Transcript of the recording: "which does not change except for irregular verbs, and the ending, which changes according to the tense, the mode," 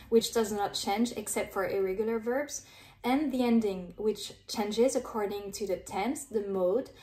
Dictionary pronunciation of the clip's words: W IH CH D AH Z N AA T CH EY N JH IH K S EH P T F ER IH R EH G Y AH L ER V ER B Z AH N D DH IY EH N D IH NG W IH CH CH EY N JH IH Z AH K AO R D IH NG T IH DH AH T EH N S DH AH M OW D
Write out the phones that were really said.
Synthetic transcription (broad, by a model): W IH CH D AH Z N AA T CH EY N JH IH K S EH P T F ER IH R EH G Y L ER V ER B Z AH N DH IY EH N D IH NG W IH CH CH EY N JH IH Z AH K AO R D IH NG T IH DH AH T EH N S DH AH M OW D